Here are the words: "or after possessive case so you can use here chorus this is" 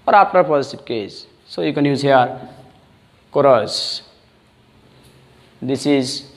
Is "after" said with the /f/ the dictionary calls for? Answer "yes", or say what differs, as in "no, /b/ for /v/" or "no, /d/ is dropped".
no, /p/ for /f/